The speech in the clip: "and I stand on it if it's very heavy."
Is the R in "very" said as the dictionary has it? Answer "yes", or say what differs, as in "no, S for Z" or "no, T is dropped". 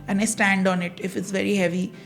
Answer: yes